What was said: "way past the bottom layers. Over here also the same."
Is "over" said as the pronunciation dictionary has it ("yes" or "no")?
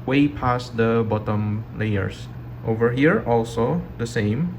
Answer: yes